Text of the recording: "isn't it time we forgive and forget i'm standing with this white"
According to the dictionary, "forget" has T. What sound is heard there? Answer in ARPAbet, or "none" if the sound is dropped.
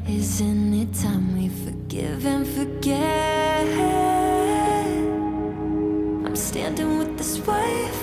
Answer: none